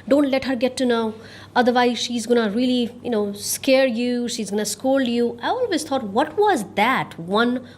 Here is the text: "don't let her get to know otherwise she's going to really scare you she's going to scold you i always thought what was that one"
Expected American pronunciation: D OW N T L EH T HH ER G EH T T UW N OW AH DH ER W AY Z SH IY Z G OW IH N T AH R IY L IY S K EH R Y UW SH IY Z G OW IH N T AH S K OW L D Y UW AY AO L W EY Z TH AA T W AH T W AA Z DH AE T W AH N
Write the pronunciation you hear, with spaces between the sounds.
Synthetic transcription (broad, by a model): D OW N T L EH T HH ER G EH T T UW N OW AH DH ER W AY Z SH IY Z G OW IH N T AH L IY N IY S K EH R Y UW SH IY Z G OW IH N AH S K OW L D Y UW AY AO L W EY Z T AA T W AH T W AA Z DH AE T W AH N